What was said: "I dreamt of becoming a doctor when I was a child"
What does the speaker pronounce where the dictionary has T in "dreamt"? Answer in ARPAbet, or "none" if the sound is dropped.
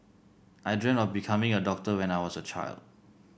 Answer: none